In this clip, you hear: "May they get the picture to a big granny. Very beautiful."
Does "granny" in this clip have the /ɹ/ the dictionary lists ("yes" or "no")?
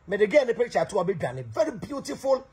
no